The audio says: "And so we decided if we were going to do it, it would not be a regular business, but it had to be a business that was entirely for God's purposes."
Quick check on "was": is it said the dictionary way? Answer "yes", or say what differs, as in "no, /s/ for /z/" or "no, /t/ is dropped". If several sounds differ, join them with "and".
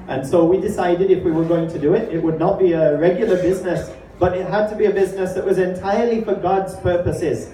yes